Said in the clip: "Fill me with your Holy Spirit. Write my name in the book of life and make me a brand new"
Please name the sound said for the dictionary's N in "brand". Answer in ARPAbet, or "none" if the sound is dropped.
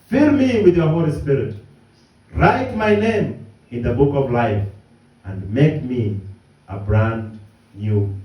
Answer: N